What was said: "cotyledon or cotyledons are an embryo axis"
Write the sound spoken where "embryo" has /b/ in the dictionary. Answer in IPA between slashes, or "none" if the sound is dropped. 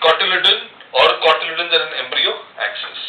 /b/